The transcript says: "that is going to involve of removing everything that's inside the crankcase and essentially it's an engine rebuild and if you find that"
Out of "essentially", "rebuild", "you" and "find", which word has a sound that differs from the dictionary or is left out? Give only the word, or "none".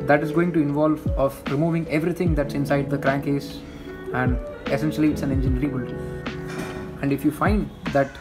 rebuild